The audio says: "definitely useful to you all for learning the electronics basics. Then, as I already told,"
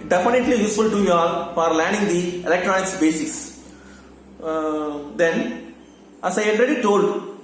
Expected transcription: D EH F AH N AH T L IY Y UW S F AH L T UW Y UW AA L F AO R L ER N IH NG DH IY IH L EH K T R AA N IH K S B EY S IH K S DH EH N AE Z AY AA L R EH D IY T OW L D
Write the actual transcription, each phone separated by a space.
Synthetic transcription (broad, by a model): D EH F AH N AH T L IY Y UW S F AH L T UW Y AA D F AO R L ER N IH NG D IY IH L EH K T R AA N IH K S B EY S IH K S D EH N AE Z AY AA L R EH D IY T OW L D